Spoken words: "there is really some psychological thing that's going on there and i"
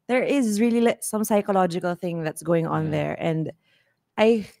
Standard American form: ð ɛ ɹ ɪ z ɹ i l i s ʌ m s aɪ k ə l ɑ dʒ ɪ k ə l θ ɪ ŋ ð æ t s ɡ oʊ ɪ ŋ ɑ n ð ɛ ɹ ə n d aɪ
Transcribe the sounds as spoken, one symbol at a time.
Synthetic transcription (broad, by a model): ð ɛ ɹ ɪ z ɹ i l i s ʌ m s aɪ k ə l ɑ dʒ ɪ k ə l θ ɪ ŋ ð æ t s ɡ oʊ ɪ ŋ ɑ n ð ɛ ɹ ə n d aɪ